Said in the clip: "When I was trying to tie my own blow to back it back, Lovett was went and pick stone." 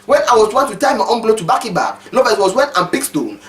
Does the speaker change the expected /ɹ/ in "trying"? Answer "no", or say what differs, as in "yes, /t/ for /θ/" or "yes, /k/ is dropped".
yes, /w/ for /ɹ/